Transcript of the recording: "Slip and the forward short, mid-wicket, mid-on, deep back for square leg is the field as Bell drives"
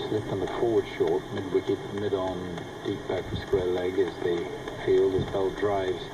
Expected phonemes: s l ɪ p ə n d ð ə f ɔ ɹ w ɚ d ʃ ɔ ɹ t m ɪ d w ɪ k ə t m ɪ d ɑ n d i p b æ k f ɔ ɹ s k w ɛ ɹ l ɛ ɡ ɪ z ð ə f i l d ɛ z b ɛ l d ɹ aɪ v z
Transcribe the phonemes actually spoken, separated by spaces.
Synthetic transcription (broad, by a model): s l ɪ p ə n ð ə f ɔ ɹ w ɚ d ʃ ɔ ɹ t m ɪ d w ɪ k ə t m ɪ d n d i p b æ k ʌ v s k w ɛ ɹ l ɛ ɡ ɪ z ð ə f i l d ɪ s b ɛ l d ɹ aɪ v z